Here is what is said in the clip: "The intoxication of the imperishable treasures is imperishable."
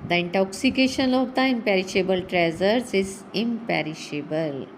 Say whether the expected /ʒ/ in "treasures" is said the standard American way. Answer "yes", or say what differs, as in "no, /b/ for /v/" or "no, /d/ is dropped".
no, /z/ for /ʒ/